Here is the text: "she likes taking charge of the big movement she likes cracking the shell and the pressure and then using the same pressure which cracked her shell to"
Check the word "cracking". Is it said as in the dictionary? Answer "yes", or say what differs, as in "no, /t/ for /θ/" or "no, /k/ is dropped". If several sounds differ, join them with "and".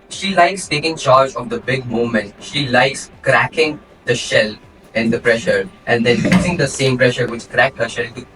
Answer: yes